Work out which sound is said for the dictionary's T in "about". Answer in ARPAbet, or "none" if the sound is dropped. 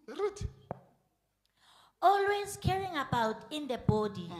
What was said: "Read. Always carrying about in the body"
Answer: T